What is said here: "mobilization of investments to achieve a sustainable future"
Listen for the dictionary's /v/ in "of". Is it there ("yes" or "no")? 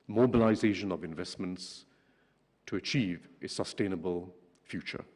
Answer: yes